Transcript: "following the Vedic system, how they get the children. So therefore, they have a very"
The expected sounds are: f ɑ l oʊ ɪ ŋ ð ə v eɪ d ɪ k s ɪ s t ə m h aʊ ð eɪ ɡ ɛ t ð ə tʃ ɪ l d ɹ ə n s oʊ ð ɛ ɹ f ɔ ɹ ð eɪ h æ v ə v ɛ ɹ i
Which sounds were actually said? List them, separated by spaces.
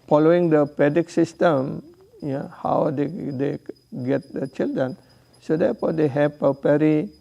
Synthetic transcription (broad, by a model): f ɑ l oʊ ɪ ŋ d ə p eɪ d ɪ k s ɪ s t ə m h aʊ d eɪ ɡ ɛ t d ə tʃ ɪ l d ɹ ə n s oʊ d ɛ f ɔ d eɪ h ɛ p ə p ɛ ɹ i